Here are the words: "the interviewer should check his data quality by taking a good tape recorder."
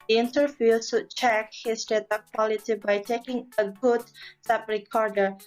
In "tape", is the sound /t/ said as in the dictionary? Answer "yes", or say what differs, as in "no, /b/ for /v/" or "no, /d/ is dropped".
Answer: no, /s/ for /t/